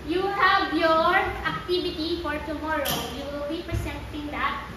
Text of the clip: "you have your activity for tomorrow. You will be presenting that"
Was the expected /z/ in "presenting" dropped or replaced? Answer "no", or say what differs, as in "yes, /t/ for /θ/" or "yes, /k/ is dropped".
yes, /s/ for /z/